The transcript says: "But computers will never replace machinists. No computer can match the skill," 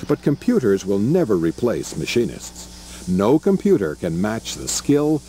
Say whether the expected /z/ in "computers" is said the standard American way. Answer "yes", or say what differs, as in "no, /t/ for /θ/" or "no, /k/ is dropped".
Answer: yes